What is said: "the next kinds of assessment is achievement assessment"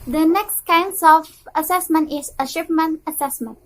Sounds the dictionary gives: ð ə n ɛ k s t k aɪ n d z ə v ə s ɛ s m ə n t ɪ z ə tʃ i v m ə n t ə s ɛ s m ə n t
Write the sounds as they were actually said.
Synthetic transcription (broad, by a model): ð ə n ɛ k s t k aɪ n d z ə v ə s ɛ s m ə n t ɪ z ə ʃ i p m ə n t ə s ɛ s m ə n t